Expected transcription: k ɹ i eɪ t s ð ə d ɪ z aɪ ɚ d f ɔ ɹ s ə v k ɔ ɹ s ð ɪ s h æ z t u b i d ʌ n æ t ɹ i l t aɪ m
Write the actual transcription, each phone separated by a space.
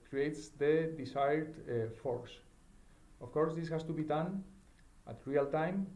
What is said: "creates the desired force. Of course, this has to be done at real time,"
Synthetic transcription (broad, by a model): k ɹ i eɪ t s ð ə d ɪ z aɪ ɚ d f ɔ ɹ s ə f k ɔ ɹ s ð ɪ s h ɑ s t u b i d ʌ n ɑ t ɹ i l t aɪ m